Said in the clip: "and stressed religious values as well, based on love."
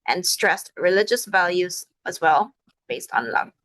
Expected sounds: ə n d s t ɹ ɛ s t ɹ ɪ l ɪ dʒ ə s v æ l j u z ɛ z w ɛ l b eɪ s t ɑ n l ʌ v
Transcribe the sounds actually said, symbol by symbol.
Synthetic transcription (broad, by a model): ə n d s t ɹ ɛ s t ɹ ɪ l ɪ dʒ ə s v æ l j u z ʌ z w ɛ l b eɪ s t n l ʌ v